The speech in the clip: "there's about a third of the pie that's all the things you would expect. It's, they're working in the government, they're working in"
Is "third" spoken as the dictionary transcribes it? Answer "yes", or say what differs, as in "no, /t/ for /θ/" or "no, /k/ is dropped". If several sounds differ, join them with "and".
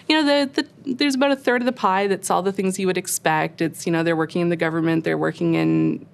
yes